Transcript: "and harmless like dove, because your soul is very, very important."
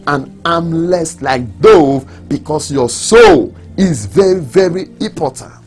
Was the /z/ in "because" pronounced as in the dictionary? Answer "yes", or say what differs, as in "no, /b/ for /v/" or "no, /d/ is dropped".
no, /s/ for /z/